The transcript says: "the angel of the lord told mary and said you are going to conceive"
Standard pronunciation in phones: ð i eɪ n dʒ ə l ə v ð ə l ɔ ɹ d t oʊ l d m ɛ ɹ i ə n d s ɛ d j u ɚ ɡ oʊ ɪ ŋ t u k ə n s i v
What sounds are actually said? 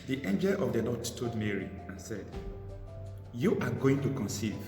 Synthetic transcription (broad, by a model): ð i eɪ n dʒ ə l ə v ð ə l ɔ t t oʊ d m ɛ ɹ i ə n s ɛ d j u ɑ ɡ oʊ ɪ ŋ t u k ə n s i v